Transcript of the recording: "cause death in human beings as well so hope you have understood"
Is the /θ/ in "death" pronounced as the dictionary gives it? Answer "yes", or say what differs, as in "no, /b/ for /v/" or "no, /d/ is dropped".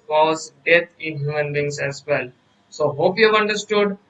no, /t/ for /θ/